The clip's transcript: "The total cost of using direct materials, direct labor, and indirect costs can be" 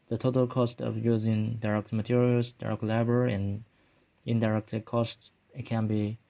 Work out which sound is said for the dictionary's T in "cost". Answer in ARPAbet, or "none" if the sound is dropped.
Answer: T